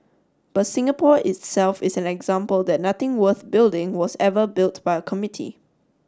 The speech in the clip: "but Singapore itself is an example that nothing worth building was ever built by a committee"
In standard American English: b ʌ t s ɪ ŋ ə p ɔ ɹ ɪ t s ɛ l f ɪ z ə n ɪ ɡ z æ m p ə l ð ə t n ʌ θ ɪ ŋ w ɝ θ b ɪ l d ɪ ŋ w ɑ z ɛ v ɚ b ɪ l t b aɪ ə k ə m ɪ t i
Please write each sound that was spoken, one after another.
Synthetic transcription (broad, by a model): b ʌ t s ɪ ŋ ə p ɔ ɪ t s ɛ l f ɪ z ə n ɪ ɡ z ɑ m p ə l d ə t n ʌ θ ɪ ŋ w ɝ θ b ɪ l d ɪ ŋ w ɑ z ɛ v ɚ b ɪ l t b aɪ ə k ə m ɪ t i